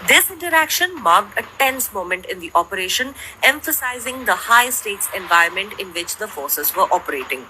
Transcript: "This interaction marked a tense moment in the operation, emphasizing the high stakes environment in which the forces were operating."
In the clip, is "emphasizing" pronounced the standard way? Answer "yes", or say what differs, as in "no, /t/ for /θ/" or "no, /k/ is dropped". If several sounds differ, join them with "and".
yes